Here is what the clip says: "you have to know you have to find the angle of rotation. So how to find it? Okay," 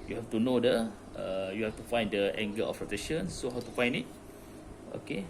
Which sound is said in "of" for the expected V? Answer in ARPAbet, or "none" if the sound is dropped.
P